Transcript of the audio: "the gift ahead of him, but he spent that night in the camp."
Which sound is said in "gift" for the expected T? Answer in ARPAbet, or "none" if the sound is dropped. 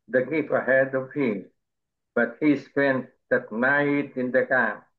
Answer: none